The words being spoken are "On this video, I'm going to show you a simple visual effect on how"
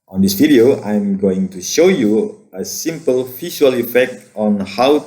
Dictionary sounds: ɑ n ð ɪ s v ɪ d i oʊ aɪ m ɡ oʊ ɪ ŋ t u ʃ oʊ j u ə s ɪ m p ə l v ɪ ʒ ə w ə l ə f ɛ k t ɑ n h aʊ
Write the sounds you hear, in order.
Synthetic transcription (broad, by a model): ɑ n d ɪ s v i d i oʊ aɪ m ɡ oʊ ɪ ŋ t u ʃ oʊ j u ə s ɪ m p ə l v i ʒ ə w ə l ə f ɛ k t ɑ n h aʊ